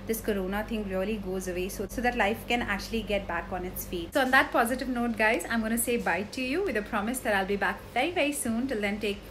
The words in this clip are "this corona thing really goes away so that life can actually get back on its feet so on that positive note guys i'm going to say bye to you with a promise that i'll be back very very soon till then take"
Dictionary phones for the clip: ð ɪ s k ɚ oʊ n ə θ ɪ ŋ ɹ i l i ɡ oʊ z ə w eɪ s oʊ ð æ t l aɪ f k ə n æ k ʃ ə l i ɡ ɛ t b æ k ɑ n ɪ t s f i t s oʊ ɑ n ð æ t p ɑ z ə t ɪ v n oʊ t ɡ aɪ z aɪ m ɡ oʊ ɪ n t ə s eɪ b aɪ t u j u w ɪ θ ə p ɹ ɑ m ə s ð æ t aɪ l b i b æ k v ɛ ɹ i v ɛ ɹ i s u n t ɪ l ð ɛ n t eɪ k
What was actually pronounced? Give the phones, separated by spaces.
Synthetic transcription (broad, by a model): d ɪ s k ɚ oʊ n ə t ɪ ŋ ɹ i l i ɡ oʊ z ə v eɪ s oʊ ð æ t l aɪ f k ə n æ k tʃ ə l i ɡ ɛ t b æ k ɑ n ɪ t s f i t s oʊ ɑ n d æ t p ɑ z ə t ɪ v n oʊ t ɡ aɪ z aɪ m ɡ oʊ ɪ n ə s eɪ b aɪ t u j u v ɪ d ə p ɹ ɑ m ə s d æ t aɪ l b i b æ k v ɛ ɹ i v ɛ ɹ i s u n t ɪ l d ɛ n t eɪ k